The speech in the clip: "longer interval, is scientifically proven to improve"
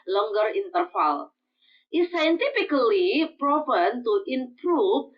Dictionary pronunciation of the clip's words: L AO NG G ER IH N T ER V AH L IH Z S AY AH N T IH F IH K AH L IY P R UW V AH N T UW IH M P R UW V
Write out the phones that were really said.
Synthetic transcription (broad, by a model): L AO NG G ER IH N T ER F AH L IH S AY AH N T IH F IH K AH L IY P R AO P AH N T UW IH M P R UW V